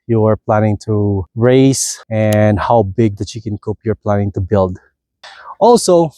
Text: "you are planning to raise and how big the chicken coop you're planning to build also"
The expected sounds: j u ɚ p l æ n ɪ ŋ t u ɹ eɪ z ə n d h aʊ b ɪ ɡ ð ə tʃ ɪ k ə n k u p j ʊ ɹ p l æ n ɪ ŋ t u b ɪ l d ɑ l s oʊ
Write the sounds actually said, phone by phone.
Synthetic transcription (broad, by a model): j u ɚ p l æ n ɪ ŋ t u ɹ eɪ s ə n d h aʊ b ɪ ɡ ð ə tʃ ɪ k ə n k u p j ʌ ɹ p l æ n ɪ ŋ t u b ɪ l d ɑ l s oʊ